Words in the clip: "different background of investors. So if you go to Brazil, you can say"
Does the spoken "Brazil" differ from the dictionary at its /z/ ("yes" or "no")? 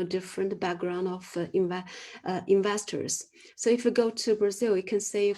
no